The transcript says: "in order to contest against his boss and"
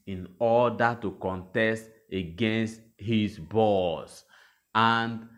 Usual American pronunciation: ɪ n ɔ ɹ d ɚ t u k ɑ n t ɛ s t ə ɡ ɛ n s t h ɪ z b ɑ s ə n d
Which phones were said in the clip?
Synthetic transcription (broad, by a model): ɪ n ɔ d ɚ t u k ɑ n t ɛ s t ə ɡ ɛ n s t h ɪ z b ɑ s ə n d